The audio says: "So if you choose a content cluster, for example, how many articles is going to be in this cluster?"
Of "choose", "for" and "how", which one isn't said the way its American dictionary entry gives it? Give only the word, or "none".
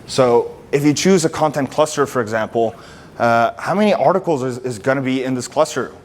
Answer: none